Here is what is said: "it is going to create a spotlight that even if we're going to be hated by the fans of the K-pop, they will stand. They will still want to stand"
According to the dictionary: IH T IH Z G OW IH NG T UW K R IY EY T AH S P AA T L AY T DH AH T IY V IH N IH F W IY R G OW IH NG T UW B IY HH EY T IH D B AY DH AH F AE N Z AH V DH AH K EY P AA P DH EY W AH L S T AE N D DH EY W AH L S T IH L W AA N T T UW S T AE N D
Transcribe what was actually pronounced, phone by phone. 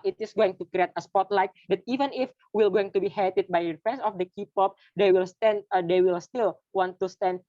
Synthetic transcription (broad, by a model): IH T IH S G OW IH NG T UW K R IY EY T AH S P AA T L AY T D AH T IY V IH N IH F W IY L G OW IH NG T UW B IY HH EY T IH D B AY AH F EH N S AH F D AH K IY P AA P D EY W AH L S T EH N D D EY W AH L S T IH L W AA N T T UW S T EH N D